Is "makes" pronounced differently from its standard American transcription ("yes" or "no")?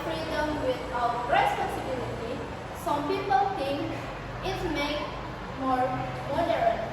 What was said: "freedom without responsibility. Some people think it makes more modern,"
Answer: yes